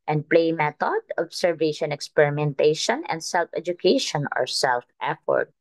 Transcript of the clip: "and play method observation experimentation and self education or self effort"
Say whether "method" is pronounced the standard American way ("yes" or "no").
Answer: no